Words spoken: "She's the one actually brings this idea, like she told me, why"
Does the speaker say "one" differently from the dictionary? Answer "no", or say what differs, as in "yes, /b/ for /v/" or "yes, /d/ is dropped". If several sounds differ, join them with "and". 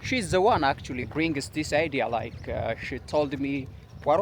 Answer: no